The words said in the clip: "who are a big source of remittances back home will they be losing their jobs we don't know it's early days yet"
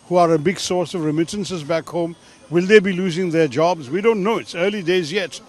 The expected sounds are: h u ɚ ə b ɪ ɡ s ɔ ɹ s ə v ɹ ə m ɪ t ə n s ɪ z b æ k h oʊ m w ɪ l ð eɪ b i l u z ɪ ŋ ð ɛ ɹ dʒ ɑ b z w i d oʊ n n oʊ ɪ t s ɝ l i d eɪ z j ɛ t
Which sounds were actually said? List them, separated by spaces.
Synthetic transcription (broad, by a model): h u ɚ ə b ɪ ɡ s ɔ ɹ s ə v ɹ ə m ɪ t ə n s ɪ z b æ k h oʊ m w ɪ l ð eɪ b i l u z ɪ ŋ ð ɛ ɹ dʒ ɑ b z w i d oʊ n n oʊ ɪ t s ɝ l i d eɪ z j ɛ t